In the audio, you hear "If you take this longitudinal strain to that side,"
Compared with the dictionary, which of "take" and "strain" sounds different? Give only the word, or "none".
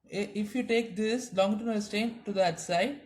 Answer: strain